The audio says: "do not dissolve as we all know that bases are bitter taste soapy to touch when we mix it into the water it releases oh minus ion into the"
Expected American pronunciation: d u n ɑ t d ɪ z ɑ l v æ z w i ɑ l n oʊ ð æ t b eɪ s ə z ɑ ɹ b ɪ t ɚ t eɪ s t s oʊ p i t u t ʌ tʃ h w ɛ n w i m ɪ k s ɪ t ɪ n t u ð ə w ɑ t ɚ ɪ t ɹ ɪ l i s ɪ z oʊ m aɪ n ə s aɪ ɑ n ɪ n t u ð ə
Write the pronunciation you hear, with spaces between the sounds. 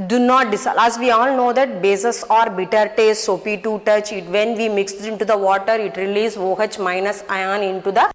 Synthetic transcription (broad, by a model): d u n ɑ t d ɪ s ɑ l æ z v i ɑ l n oʊ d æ t b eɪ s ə s ɑ ɹ b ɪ t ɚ t eɪ s t s oʊ p i t u t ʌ tʃ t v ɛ n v i m ɪ k s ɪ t ɪ n t u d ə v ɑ t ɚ ɪ t ɹ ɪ l i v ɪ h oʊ m aɪ n ə s aɪ ɑ n ɪ n t u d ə